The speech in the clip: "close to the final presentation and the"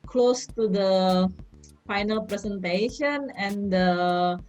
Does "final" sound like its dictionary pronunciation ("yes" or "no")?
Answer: yes